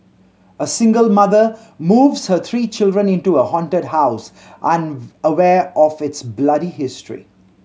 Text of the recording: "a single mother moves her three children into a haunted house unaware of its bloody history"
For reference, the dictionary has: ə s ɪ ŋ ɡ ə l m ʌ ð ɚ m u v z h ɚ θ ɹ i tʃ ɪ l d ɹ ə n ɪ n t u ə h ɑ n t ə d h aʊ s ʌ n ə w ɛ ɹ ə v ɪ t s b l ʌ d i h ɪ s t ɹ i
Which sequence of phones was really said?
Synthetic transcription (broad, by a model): ə s ɪ ŋ ɡ ə l m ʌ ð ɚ m u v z h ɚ t ɹ i tʃ ɪ l d ɹ ə n ɪ n t u ə h ɑ n t ə d h aʊ s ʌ n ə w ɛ ɹ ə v ɪ t s b l ʌ d i h ɪ s t ɹ i